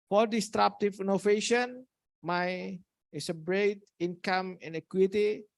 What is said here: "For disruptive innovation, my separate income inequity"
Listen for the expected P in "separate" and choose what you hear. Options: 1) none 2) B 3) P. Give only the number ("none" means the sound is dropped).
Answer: 2